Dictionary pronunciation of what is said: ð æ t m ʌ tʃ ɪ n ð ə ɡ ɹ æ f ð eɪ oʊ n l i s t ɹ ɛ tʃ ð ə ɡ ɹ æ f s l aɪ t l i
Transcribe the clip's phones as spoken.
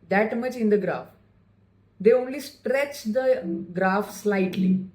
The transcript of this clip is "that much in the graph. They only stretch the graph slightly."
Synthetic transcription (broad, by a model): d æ t m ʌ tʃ ɪ n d ə ɡ ɹ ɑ f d eɪ oʊ n l i s t ɹ ɛ tʃ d ə ɡ ɹ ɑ f s l aɪ t l i